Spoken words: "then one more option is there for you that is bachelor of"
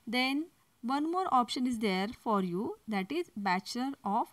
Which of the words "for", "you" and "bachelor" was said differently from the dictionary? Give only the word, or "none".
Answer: bachelor